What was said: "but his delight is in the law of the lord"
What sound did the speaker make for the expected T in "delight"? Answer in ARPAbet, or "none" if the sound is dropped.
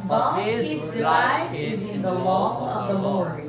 none